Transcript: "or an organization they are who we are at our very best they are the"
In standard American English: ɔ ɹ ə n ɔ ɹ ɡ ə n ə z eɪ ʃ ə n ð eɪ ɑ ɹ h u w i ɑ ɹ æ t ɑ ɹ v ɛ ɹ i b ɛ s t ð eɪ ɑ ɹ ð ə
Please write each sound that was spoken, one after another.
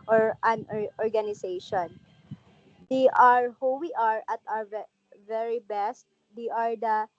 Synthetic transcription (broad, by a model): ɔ ɹ ə n ɔ ɹ ɡ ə n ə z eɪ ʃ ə n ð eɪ ɑ ɹ h u w i ɑ ɹ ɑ t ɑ w v ɛ ɹ i b ɛ s t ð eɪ ɑ ɹ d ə